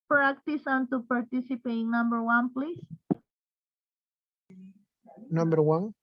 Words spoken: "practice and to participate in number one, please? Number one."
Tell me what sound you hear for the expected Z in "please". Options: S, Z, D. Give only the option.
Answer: S